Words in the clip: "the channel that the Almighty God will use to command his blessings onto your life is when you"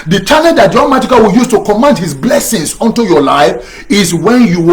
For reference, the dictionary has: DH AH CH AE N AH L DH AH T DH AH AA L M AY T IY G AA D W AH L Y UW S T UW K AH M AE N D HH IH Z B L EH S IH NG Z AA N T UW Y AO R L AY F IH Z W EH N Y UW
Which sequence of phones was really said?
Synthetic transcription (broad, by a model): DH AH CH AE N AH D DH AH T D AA M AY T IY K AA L W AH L Y UW S T UW K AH M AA N D HH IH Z B L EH S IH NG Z AA N T UW Y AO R L AY F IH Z W EH N Y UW